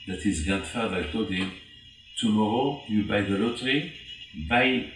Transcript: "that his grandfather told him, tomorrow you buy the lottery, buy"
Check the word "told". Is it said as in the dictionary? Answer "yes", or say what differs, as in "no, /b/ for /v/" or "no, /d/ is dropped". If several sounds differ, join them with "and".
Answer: no, /l/ is dropped